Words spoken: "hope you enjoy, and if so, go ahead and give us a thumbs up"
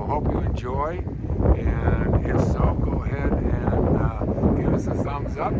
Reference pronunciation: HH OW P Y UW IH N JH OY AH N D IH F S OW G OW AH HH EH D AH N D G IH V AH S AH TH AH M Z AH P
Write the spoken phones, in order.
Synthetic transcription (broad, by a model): HH OW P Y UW IH N JH OY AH N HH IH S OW G OW AH HH EH D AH N G IH V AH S AH S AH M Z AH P